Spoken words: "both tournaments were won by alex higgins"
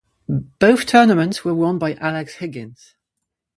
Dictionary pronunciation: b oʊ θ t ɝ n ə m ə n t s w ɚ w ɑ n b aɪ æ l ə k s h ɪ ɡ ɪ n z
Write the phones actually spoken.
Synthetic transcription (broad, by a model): b oʊ θ t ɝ n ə m ə n t s w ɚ w ɑ n b aɪ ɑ l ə k s h ɪ ɡ ɪ n z